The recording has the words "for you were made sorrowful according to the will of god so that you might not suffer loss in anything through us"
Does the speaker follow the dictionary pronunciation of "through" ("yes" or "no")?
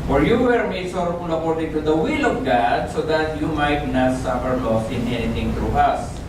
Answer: no